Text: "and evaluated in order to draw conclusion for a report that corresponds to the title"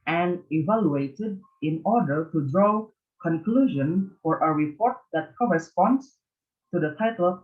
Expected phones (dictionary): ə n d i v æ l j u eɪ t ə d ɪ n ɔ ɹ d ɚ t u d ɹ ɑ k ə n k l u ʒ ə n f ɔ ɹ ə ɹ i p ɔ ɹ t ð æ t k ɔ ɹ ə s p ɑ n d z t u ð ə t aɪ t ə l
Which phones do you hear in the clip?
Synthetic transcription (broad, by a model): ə n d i v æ l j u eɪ t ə d ɪ n ɔ ɹ d ɚ t u d ɹ ɑ k ə n k l u ʒ ə n f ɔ ɹ ə ɹ i p ɔ ɹ t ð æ t k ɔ ɹ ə s p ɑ n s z t u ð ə t aɪ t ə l